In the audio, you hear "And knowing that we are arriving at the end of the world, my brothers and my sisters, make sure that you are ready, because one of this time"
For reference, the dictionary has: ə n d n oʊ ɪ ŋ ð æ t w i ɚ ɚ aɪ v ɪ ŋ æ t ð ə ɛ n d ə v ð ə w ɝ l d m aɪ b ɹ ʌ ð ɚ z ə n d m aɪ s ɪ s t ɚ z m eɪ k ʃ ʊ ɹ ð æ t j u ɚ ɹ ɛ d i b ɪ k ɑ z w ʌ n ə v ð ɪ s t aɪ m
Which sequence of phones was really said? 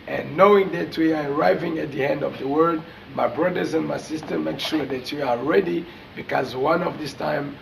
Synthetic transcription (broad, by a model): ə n n oʊ ɪ ŋ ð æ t w i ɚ ɚ aɪ v ɪ ŋ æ t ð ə ɛ n d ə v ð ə w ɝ d m aɪ b ɹ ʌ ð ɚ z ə n m aɪ s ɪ s t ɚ m eɪ k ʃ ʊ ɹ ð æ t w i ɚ ɹ ɛ d i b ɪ k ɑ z w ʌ n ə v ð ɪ s t aɪ m